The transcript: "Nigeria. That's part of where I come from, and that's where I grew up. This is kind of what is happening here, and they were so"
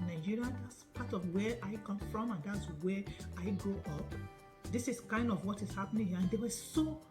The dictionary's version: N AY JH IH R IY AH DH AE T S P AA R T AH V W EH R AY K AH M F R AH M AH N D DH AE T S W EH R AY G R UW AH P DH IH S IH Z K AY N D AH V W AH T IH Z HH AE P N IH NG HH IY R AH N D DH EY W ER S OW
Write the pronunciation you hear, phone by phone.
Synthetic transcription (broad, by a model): N AY JH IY R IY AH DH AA T S P AA T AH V W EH AY K AH M F R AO M AH N D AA T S W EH AY G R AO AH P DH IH S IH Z K AY N D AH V W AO T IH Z HH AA P N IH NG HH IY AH N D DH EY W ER S OW